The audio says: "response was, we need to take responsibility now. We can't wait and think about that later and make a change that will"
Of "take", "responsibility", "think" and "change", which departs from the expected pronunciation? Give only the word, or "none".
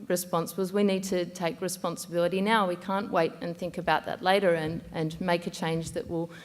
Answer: none